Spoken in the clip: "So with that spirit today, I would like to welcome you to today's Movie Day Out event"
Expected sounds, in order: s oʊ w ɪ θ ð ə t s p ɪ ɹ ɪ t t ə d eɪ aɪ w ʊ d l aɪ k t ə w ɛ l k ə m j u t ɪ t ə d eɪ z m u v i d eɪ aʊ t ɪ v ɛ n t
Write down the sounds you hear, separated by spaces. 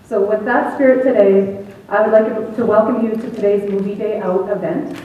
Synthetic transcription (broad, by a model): s oʊ w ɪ ð ə t s p ɪ ɹ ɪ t t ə d eɪ aɪ w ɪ d l aɪ k t ə w ɛ l k ə m j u t ɪ t ə d eɪ z m u v i d eɪ aʊ t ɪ v ɛ n t